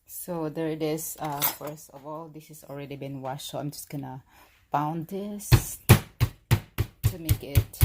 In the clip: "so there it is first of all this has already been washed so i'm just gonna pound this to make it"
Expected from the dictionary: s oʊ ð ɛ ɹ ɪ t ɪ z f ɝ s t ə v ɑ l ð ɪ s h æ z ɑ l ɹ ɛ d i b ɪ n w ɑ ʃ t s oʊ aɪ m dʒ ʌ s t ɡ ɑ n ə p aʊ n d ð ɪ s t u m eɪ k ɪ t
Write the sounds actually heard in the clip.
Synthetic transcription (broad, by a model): s oʊ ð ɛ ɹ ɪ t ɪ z f ɝ s t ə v ɑ l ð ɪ s h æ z ɑ l ɹ ɛ d i b ɪ n w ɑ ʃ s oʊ aɪ m dʒ ʌ s t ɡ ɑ n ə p aʊ n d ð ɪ s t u m eɪ k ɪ t